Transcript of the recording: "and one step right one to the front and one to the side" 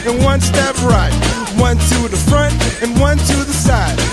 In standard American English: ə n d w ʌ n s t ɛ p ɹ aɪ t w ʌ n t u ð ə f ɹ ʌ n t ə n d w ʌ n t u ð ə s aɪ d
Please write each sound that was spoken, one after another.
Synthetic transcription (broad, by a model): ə n w ʌ n s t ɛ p ɹ aɪ t w ʌ n t u ð ə f ɹ ʌ n t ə n w ʌ n t u ð ə s aɪ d